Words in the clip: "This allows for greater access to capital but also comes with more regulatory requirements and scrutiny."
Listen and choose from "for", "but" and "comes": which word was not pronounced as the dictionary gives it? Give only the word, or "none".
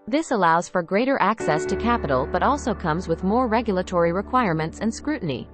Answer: none